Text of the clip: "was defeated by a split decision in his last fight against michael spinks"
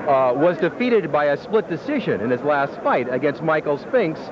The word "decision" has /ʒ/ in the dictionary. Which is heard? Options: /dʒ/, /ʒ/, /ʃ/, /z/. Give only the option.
/ʒ/